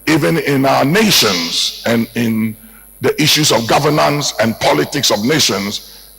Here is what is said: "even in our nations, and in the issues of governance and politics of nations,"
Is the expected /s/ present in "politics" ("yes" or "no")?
yes